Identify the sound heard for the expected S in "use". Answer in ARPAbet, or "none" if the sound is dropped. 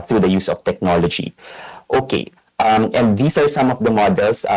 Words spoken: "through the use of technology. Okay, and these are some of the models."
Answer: S